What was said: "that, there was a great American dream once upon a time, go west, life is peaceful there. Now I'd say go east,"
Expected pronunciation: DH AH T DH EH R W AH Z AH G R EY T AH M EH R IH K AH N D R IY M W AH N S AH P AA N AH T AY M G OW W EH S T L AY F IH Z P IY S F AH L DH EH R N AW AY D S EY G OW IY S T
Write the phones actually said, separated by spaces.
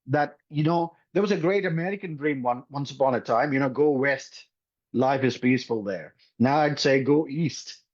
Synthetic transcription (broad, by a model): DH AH T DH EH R W AH Z AH G R EY T AH M EH R IH K AH N D R IY M W AH N S AH P AA N AH T AY M G OW W EH S T L AY F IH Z P IY S F AH L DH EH R N AW AY D S EY G OW IY S T